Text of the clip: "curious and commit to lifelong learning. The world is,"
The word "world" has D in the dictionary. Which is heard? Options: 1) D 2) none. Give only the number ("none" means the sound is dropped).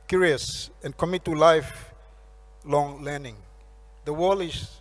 2